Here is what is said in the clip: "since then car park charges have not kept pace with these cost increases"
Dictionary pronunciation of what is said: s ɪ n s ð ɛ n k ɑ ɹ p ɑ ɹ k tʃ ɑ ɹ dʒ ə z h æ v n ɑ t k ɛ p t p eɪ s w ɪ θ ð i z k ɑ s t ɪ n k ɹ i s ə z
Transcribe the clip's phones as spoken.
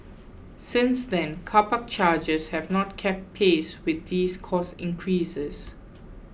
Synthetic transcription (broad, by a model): s ɪ n s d ɛ n k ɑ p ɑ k tʃ ɑ dʒ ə s h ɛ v n ɑ t k ɛ p t p eɪ s w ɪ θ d i s k ɑ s ɪ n k ɹ i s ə s